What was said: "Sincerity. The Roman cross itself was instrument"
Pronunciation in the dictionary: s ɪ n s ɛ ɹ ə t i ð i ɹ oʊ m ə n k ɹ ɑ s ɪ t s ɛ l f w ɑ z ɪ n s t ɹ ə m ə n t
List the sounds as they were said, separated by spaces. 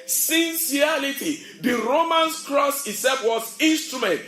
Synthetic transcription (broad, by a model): s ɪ n s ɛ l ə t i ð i ɹ oʊ m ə n k ɹ ɑ s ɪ s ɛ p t w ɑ s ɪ n s t ɹ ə m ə n t